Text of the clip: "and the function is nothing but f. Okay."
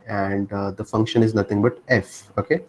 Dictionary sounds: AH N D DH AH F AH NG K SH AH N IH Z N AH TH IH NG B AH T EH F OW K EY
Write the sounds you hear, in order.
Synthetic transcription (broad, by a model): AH N D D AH F AH NG K SH AH N IH Z N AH T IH NG B AH T EH F OW K EY